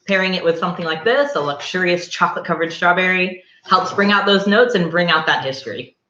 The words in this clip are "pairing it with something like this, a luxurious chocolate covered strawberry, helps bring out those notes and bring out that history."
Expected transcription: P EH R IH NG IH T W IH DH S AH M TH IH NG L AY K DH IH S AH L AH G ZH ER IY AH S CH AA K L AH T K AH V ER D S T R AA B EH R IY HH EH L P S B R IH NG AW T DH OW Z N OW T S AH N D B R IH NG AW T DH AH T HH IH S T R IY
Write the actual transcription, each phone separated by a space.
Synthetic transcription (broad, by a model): P EH R IH NG IH T W IH DH S AH M TH IH NG L AY K DH IH S AH L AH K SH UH IY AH S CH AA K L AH T K AH V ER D S T R AA B EH R IY HH EH L P S B R IH NG AW T DH OW Z N OW T S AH N B R IH NG AW T DH AH T HH IH S T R IY